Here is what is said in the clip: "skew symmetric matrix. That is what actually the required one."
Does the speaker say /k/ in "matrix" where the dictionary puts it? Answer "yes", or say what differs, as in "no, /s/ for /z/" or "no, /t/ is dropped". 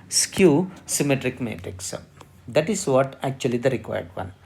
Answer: yes